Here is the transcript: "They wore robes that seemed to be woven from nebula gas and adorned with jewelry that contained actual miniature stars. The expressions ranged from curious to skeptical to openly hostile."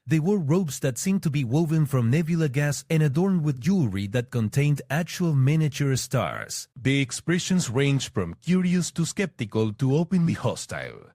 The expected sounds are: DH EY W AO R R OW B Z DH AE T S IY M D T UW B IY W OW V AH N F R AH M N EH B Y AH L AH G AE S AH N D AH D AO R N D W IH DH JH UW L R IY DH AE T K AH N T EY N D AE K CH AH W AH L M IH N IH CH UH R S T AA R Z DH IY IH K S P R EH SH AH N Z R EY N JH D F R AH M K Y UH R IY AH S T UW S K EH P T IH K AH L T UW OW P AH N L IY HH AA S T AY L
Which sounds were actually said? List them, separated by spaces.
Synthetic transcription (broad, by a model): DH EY W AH R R OW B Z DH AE T S IY M T UW B IY W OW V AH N F R AH M N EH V Y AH L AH G AE S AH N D AH D AO R N D W IH DH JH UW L R IY DH AE T K AH N T EY N D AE K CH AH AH L M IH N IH CH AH R S T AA R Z DH IY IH K S P R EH SH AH N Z R EY N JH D F R AH M K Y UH R IY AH S T UW S K EH P T IH K AH L T UW OW P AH N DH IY HH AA S T AY L